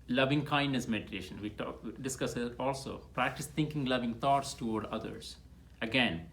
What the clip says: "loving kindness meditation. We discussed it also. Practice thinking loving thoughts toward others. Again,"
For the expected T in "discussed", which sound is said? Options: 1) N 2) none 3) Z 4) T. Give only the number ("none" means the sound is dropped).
2